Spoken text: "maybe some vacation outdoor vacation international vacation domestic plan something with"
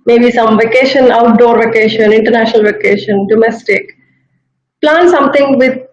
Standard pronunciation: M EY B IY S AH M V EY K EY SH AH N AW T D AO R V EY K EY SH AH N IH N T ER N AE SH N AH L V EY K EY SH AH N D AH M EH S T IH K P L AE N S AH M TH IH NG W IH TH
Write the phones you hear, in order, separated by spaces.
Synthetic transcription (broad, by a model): M EY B IY S AH M V EY K EY SH AH N AW T D AO R V EY K EY SH AH N IH N T ER N AE SH N AH L V EY K EY SH AH N D AH M EH S T IH K P L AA N S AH M T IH NG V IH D